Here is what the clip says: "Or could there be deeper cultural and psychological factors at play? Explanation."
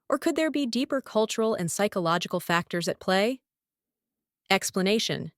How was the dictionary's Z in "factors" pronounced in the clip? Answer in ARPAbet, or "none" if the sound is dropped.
Z